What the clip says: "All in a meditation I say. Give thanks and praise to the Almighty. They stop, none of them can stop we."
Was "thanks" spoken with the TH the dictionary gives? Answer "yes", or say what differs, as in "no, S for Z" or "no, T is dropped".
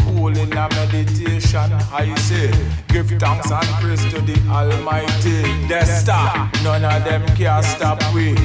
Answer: no, T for TH